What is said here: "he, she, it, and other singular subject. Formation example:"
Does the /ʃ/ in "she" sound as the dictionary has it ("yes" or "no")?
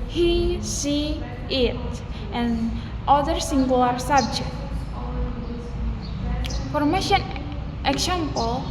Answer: no